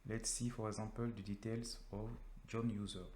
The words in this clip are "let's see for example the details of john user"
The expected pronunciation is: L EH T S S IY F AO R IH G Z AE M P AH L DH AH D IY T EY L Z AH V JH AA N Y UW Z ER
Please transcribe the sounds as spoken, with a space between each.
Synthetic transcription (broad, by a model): L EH T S S IY F AO R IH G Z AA P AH L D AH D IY T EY L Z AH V JH AA N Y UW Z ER